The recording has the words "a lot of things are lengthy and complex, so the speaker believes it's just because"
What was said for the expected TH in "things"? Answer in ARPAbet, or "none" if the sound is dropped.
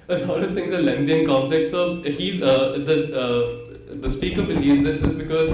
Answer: T